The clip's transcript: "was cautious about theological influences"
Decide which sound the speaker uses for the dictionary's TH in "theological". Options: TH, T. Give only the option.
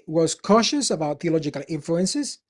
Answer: TH